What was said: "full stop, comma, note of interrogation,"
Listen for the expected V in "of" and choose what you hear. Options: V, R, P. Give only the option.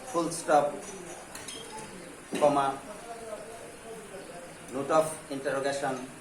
P